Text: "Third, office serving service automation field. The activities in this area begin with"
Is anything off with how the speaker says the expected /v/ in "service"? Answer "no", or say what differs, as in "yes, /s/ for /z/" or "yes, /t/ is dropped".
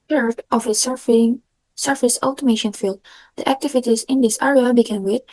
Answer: yes, /f/ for /v/